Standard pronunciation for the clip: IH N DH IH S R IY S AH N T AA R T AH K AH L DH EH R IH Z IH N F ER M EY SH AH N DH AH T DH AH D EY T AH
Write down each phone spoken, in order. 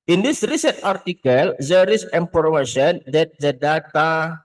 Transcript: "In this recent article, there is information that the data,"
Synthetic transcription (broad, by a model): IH N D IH S R IY S AH N T AA R T AH K AH L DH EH R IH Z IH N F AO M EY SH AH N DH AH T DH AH D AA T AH